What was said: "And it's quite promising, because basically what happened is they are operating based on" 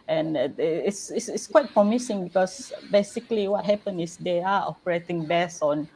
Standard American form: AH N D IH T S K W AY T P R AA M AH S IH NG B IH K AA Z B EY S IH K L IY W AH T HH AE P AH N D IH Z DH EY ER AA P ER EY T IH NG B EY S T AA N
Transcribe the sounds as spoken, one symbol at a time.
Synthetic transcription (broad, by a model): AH N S IH T S K W AY T P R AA M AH S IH NG B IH K AA S B EY S IH K L IY W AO T HH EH P AH N IH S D EY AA AA P ER EY T IH NG B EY S AA N